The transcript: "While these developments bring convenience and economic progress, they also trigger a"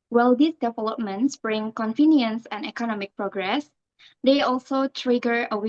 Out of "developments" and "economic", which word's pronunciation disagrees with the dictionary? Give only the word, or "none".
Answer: none